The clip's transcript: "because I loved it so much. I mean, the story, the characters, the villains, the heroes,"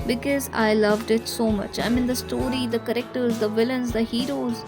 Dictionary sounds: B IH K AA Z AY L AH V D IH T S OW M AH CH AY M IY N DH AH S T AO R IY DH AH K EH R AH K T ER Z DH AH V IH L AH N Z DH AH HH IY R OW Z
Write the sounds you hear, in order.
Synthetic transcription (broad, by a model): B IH K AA Z AY L AH V D IH T S OW M AH CH AY M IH N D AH S T AO R IY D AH K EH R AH K T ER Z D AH V IH L AH N Z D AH HH IY R OW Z